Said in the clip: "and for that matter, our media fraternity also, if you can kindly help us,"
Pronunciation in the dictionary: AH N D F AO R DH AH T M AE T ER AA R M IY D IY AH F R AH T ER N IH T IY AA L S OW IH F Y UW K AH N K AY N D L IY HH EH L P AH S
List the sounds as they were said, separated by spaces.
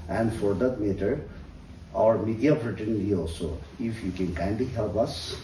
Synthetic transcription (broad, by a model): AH N D F AO R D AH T M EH T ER AA R M IY D IY AH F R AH T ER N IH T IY AA L S OW IH F Y UW K AH N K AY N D IY HH EH L P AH S